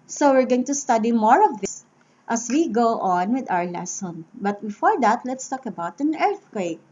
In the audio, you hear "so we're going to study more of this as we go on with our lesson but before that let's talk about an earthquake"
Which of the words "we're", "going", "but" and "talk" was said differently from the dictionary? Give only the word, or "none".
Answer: none